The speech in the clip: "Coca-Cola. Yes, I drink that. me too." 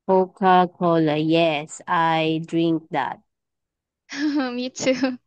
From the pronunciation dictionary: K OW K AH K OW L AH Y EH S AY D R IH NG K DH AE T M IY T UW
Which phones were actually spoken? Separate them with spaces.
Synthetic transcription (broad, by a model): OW K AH K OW L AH Y EH S AY D R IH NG K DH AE T M IY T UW